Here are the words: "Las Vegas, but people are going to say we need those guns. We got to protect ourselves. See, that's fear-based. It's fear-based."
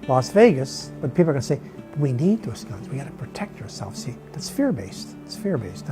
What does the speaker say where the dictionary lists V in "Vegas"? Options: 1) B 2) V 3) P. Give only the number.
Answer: 2